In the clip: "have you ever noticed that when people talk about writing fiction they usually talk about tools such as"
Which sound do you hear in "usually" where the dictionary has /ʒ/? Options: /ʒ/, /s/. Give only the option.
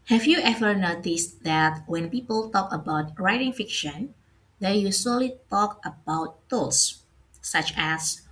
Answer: /s/